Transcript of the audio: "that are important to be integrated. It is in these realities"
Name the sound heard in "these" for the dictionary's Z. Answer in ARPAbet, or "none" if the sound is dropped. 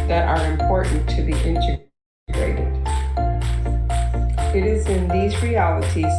Z